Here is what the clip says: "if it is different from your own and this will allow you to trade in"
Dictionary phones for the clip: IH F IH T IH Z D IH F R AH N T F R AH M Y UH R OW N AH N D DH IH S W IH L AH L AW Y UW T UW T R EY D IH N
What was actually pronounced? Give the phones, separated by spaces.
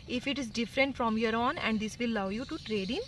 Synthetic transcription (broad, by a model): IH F IH T IH Z D IH F R AH N T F R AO M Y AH R OW N AH N D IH S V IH L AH UH Y UW T UW T R EY D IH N